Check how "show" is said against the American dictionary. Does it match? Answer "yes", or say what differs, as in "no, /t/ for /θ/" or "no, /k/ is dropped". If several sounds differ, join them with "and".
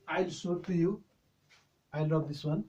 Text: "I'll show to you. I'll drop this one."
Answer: no, /s/ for /ʃ/